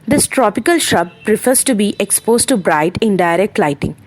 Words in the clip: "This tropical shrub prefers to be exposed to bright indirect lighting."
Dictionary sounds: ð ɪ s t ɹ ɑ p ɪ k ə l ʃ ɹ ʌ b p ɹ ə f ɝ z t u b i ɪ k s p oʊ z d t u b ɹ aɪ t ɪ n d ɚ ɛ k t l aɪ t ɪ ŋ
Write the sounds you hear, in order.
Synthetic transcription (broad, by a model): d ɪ s t ɹ ɑ p ɪ k ə l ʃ ʌ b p ɹ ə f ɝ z t u b i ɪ k s p oʊ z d t u b ɹ aɪ t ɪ n d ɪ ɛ k t l aɪ t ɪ ŋ